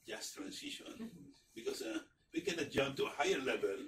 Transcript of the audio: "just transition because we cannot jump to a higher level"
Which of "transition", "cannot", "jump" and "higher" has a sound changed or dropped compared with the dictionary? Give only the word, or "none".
transition